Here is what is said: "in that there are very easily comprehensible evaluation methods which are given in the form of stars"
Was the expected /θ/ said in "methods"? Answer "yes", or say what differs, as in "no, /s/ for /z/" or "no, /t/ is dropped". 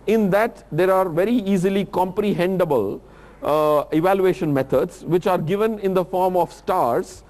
no, /t/ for /θ/